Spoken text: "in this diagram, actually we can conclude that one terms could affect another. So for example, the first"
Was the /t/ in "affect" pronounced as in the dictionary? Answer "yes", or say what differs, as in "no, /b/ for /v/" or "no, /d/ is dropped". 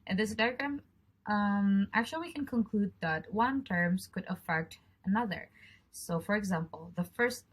yes